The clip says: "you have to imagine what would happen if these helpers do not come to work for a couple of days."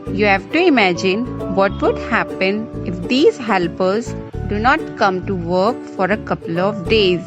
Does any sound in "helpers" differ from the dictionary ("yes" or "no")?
no